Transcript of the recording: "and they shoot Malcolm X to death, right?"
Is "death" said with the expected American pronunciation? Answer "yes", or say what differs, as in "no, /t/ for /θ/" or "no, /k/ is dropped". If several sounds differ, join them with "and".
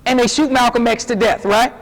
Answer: yes